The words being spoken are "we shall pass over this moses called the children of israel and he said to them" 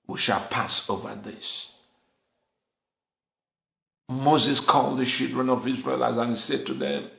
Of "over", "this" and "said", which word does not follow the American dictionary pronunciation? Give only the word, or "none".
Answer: none